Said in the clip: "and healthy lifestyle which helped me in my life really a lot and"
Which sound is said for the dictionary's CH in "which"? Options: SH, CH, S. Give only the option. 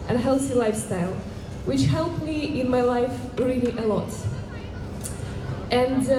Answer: CH